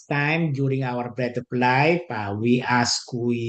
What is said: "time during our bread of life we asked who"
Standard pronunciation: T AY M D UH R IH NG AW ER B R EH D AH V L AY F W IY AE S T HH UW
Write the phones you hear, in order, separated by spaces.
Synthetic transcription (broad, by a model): T AY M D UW R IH NG AW ER B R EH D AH P L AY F W IY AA S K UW